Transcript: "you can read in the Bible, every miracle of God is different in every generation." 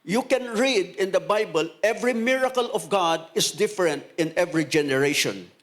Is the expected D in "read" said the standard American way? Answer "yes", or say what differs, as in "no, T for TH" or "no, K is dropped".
yes